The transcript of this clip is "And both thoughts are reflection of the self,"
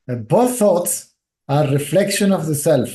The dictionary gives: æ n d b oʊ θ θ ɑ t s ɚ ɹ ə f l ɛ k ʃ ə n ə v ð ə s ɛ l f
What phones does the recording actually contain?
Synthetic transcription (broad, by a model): b oʊ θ θ ɑ t s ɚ ɹ ə f l ɛ k ʃ ə n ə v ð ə s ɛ l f